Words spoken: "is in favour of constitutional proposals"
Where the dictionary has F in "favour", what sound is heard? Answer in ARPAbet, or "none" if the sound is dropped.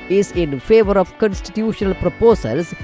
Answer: F